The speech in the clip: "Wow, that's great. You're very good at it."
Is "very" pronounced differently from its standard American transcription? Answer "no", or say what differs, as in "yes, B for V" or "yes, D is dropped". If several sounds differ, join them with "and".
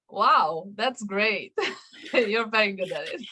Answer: yes, R is dropped